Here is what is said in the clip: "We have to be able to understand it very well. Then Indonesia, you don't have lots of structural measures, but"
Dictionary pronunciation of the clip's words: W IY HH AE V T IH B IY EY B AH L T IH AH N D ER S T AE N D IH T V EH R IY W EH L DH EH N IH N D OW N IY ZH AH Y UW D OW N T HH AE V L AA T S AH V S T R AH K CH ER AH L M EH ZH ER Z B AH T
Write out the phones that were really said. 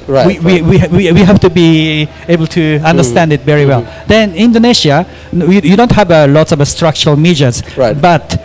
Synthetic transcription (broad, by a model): W IY HH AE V T IH B IY EY B AH L T IH AH N D ER S T AE N D IH T V EH R IY W EH L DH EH N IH N D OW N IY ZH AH Y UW D OW N T HH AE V L AA T S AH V S T R AH K CH ER AH L M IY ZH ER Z B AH T